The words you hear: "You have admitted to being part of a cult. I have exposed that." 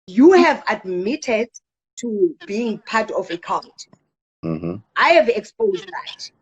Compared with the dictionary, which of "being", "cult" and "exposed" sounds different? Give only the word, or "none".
cult